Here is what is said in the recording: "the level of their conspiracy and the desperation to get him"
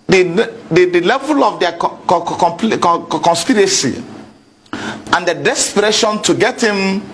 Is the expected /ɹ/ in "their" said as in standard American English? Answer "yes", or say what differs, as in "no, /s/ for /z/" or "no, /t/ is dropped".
no, /l/ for /ɹ/